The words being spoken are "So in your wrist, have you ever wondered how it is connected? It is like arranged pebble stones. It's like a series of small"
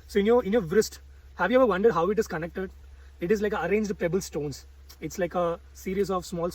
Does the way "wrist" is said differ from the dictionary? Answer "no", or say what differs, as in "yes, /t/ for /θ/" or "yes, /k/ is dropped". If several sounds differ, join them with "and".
no